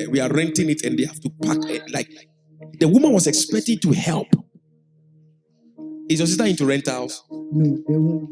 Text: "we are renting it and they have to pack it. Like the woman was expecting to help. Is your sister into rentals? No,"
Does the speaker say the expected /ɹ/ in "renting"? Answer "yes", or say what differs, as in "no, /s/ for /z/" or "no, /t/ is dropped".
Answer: yes